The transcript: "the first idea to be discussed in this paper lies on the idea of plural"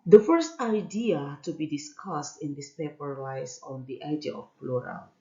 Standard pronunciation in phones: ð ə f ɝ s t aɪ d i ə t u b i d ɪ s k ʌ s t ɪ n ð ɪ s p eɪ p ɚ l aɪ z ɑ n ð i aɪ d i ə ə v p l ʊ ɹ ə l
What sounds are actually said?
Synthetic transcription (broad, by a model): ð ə f ɝ s t aɪ d i ə t u b i d ɪ s k ʌ s t ɪ n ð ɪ s p eɪ p ɚ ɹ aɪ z ɑ n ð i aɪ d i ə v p l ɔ ɹ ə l